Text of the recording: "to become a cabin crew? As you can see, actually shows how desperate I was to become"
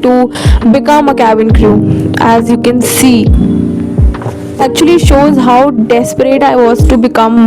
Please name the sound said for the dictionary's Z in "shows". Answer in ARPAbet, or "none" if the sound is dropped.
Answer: Z